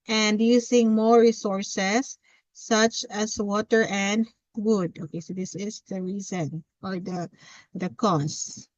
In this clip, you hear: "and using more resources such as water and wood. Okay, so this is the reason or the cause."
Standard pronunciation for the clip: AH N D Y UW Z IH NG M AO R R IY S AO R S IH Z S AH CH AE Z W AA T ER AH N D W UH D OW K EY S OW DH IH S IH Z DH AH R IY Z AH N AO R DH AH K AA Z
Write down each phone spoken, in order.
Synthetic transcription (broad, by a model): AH N D Y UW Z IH NG M AO R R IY S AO R S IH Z S AH CH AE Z W AA T ER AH N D W UH D OW K EY S OW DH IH S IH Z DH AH R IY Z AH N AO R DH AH K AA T